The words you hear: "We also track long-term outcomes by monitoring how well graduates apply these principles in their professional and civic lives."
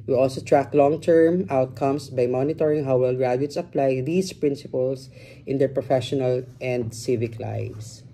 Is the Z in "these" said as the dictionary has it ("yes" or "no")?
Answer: no